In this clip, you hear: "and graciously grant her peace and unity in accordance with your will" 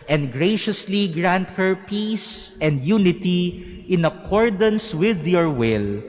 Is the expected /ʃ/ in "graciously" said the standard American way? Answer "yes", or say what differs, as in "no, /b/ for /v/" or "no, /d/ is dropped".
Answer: yes